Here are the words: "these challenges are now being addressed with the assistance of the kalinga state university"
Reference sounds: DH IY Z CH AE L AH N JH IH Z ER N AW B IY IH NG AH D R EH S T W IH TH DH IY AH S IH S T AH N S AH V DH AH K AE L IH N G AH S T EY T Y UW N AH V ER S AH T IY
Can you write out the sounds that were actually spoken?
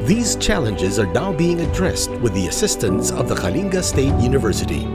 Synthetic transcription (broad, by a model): DH IY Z CH AE L AH N JH IH Z ER N AW B IY IH NG AH D R EH S T W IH DH IY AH S IH S T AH N S AH V DH AH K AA L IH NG G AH S T EY T Y UW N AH V ER S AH T IY